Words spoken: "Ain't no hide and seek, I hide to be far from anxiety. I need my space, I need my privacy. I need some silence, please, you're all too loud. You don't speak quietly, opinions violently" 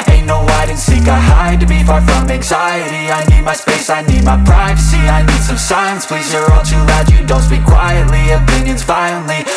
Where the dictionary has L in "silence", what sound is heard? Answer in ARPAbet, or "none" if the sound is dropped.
none